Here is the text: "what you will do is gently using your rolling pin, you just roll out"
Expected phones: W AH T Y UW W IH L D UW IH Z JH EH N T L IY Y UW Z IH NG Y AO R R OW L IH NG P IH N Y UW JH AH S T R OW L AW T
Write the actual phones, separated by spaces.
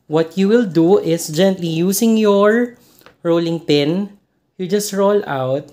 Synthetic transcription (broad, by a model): W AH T Y UW W IH L D UW IH S JH EH N T L IY Y UW S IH NG Y AO R R OW L IH NG P IH N Y UW JH AH S T R OW L AW T